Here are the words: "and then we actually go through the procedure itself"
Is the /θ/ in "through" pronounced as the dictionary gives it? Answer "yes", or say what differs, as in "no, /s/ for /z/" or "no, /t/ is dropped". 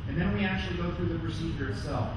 yes